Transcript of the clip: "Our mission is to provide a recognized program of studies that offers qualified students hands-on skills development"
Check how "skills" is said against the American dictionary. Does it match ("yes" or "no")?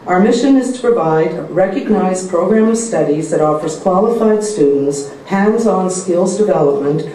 yes